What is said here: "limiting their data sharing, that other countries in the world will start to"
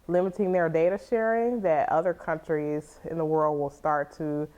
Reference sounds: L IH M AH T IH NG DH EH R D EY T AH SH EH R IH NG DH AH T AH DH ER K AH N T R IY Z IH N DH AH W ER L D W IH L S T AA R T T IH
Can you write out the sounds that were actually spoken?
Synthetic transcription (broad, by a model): L IH M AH T IH NG DH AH R D EY T AH SH EH R IH NG DH AH T AH DH ER K AH N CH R IY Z IH N DH AH W ER L D W IH L S T AA R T T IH